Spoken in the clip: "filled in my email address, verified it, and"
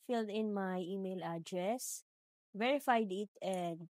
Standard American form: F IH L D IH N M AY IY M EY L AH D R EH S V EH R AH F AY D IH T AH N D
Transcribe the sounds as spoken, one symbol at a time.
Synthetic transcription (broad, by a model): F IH L D IH N M AY IY M EY L AH D R EH S V EH R AH F AY D IH T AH N D